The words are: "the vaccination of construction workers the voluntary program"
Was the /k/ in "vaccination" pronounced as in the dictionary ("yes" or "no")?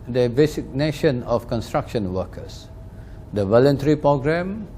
no